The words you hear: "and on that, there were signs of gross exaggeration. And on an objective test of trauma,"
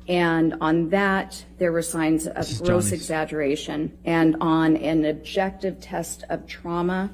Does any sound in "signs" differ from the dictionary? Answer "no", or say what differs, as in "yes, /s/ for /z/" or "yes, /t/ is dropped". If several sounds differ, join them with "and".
no